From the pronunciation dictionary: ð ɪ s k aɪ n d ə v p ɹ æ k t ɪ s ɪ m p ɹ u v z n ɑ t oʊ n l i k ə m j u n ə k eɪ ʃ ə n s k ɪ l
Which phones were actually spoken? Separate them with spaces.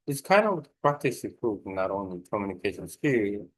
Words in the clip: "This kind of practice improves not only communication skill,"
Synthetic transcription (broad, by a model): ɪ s k aɪ n d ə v p ɹ æ k t ɪ s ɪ p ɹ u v n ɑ t oʊ n l i k ə m j u n ə k eɪ ʃ ə n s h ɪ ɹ